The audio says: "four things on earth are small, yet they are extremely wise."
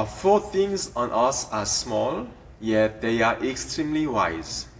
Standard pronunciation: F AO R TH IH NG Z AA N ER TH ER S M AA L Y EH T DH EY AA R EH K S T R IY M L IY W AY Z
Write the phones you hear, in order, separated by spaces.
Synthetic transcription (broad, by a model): F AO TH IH NG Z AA N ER S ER S M AA L Y EH T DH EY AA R EH K S T R IY M L IY W AY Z